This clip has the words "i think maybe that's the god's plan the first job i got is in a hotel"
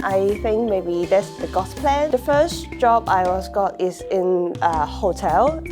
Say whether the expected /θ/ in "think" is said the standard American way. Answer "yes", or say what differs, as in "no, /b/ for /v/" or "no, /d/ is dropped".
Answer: yes